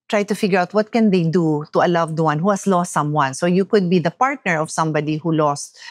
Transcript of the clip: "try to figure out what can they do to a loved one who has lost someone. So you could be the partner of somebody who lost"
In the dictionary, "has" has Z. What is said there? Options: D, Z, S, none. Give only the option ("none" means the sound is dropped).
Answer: S